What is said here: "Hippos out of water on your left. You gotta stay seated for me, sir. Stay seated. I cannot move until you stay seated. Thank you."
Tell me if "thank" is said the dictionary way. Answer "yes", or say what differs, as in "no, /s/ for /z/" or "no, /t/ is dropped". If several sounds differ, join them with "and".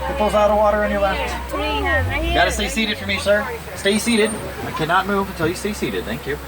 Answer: yes